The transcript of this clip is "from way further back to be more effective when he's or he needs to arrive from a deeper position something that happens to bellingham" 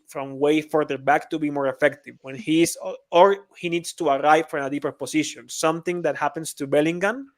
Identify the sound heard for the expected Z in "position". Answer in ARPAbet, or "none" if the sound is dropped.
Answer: S